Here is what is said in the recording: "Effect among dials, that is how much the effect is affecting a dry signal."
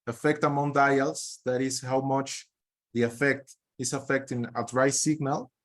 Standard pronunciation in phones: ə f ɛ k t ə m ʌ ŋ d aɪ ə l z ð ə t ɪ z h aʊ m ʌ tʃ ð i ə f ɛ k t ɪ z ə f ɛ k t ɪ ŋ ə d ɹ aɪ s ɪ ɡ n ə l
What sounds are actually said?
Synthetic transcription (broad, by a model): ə f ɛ k t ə m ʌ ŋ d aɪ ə l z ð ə t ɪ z h aʊ m ʌ tʃ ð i ə f ɛ k t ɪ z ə f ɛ k t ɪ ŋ ə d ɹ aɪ s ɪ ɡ n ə l